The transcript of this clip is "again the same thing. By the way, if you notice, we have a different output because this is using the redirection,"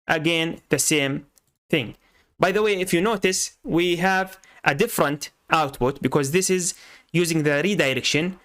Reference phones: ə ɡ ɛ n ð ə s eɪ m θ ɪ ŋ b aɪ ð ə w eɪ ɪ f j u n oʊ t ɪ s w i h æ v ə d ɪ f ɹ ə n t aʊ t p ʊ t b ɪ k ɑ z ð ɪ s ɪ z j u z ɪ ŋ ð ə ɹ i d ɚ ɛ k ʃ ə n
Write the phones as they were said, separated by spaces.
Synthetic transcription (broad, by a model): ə ɡ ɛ n ð ə s eɪ m θ ɪ ŋ b aɪ ð ə w eɪ ɪ f j u n oʊ t ɪ s w i h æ v ə d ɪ f ɹ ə n t aʊ t p ʊ t b ɪ k ɑ z ð ɪ s ɪ z j u z ɪ ŋ ð ə ɹ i d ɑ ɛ k ʃ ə n